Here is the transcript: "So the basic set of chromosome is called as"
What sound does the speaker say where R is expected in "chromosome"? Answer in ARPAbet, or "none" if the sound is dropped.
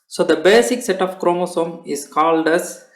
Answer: R